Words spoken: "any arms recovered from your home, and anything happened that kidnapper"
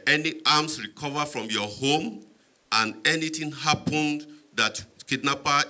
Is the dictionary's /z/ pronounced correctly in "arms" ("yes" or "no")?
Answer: no